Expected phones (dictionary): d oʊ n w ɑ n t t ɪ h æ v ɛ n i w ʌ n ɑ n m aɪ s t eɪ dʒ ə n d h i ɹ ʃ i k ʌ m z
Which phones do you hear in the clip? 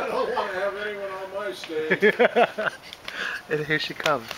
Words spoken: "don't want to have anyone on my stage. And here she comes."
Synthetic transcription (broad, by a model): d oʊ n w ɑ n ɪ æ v ɛ n i w ʌ n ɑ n m aɪ s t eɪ ə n h i ɹ ʃ i k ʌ m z